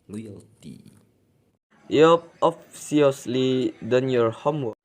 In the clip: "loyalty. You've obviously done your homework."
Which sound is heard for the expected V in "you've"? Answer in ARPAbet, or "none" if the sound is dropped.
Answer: P